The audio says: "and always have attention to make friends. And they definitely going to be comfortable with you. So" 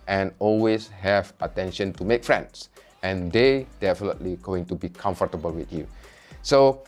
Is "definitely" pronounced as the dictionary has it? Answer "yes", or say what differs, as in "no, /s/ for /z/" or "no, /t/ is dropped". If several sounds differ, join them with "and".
yes